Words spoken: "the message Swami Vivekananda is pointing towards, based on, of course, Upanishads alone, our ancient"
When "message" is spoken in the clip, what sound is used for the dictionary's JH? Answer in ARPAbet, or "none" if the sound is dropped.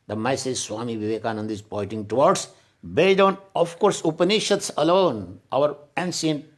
Z